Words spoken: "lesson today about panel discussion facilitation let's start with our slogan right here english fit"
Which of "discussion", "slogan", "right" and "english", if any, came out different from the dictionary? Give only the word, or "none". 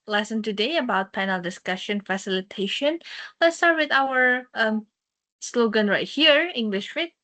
none